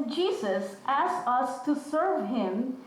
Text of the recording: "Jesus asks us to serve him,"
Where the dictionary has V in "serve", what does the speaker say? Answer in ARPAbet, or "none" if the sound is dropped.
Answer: V